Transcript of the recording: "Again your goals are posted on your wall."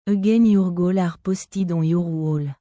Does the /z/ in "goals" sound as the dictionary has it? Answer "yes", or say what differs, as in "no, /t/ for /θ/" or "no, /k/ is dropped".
no, /z/ is dropped